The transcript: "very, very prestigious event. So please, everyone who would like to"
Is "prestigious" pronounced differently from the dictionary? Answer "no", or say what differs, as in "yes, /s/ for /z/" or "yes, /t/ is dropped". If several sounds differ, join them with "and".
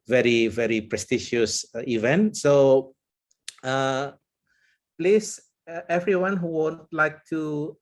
yes, /ʃ/ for /dʒ/